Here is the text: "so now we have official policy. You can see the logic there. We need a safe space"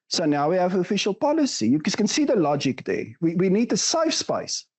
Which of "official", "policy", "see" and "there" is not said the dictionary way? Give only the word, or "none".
there